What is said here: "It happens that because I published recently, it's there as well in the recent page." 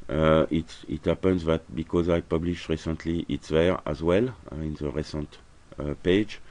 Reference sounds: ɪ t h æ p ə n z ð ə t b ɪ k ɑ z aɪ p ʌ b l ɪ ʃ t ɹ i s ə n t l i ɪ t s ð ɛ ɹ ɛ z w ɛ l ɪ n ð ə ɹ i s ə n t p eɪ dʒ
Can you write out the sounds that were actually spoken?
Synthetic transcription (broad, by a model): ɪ t h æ p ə n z ð ə t b ɪ k ɑ z aɪ p ʌ b l ɪ ʃ t ɹ i s ə n t l i ɪ t s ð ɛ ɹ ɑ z w ɛ l ɪ n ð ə ɹ i s ə n t p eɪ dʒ